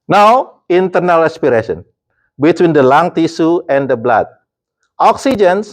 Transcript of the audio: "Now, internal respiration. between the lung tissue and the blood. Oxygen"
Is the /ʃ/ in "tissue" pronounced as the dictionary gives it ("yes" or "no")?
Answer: no